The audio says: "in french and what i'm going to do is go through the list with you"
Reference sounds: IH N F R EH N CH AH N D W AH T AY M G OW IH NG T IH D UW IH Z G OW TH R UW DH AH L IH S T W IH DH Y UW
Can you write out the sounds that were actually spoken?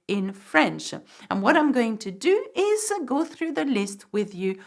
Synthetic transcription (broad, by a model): IH N F R EH N CH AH N W AH T AY M G OW IH NG T IH D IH IH Z G OW TH R UW DH AH L IH S T W IH DH Y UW